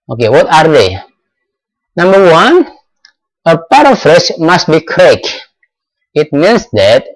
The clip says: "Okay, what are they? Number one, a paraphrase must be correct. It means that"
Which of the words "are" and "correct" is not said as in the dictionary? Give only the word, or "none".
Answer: correct